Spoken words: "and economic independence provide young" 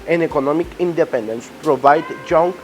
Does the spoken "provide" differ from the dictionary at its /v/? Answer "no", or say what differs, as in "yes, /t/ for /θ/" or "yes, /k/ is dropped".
no